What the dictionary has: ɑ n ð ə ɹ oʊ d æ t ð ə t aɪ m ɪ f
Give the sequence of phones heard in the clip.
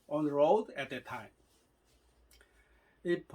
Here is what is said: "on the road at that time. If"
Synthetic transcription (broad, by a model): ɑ n ɹ oʊ d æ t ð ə t aɪ m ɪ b